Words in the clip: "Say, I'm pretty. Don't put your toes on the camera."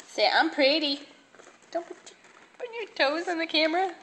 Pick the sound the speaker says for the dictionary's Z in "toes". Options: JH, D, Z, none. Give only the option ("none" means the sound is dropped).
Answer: Z